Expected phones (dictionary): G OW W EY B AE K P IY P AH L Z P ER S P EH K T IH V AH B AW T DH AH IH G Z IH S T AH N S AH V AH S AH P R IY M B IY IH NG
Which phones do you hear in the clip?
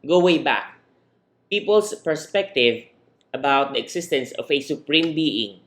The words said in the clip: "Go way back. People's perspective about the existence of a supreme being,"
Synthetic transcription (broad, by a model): G OW W EY B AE K P IY P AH L S P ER S P EH K T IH V AH B AW T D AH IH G S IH S T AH N S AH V AH S AH P R IY M B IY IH NG